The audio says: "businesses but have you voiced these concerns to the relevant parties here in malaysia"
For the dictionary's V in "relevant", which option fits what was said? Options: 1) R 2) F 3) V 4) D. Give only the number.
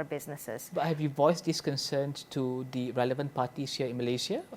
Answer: 3